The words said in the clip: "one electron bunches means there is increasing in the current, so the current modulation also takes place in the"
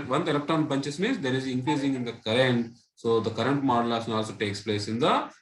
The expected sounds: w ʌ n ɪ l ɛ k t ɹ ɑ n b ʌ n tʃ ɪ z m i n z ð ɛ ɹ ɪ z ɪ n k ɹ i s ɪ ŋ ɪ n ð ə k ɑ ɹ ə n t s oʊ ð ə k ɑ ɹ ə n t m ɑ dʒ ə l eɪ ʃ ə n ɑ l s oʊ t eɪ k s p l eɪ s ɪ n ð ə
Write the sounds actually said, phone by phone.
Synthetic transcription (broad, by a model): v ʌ n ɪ l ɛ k t ɑ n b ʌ n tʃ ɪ s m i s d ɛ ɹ ɪ z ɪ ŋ k ɹ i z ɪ ŋ ɪ n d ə k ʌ ɹ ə n t s oʊ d ə k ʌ ɹ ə n t m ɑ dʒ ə l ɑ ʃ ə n ɑ l s oʊ t eɪ k s p l eɪ s ɪ n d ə